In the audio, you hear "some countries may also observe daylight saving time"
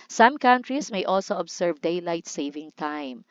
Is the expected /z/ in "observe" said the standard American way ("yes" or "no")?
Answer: no